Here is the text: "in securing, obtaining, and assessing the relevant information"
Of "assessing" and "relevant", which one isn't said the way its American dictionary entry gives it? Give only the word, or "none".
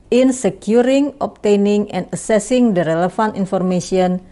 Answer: relevant